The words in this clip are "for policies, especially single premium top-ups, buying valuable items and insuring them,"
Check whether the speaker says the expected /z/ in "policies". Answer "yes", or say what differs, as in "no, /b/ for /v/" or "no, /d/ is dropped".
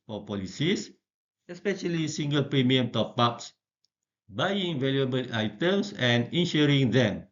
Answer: no, /s/ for /z/